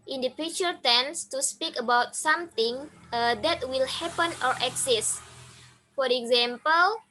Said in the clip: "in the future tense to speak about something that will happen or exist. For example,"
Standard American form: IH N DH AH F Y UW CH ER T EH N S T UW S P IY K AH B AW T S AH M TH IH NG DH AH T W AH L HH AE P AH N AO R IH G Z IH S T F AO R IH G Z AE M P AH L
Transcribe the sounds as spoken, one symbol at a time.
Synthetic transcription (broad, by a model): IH N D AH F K CH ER T EH N S T UW S P IY K AH B AW T S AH M T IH NG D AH T W AH L HH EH P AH N AO R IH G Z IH S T F AO R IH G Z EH M P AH L